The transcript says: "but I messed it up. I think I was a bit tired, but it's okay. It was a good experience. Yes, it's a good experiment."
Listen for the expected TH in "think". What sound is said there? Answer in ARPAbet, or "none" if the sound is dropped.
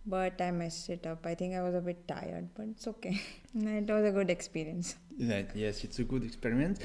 T